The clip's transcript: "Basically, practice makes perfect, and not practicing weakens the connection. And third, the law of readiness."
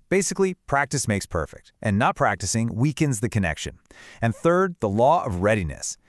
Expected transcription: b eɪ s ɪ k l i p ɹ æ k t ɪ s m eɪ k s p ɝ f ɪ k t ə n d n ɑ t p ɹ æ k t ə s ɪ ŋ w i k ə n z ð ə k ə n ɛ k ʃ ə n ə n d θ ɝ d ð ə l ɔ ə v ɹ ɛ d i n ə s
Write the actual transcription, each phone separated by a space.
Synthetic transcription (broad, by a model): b eɪ s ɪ k l i p ɹ æ k t ɪ s m eɪ k s p ɝ f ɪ k t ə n n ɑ t p ɹ æ k t ə s ɪ ŋ w i k ə n z ð ə k ə n ɛ k ʃ ə n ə n θ ɝ d ð ə l ɔ ə v ɹ ɛ d i n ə s